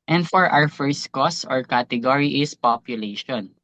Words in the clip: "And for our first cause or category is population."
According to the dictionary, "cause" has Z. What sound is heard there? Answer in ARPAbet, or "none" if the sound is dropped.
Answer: S